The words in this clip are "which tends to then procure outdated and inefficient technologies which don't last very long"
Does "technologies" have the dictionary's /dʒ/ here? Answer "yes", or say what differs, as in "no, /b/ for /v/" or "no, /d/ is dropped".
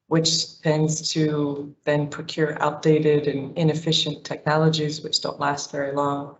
yes